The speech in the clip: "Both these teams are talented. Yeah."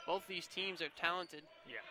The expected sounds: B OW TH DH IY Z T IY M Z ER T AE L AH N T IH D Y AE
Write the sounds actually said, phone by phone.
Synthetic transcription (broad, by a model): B OW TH DH IY Z T IY M Z ER T AE L AH N T IH D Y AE